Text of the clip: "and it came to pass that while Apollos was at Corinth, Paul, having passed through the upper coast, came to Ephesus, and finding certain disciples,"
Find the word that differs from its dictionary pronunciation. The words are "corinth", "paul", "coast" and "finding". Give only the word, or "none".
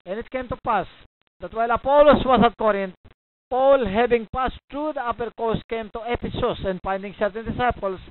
corinth